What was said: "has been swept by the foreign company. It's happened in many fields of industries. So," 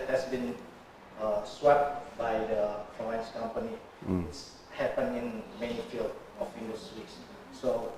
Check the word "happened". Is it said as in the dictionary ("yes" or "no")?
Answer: no